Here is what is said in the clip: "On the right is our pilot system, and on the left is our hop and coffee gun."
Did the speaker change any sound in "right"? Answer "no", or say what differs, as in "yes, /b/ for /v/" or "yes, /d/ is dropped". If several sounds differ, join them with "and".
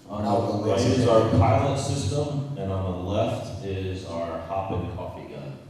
yes, /t/ is dropped